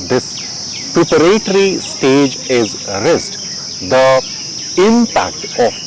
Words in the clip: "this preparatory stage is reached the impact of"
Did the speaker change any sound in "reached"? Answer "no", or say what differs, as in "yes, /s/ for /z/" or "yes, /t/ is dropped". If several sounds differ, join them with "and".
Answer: yes, /s/ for /tʃ/